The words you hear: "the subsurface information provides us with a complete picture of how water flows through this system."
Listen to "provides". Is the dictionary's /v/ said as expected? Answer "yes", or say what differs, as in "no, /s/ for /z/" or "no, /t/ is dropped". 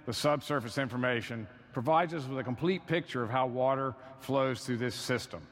yes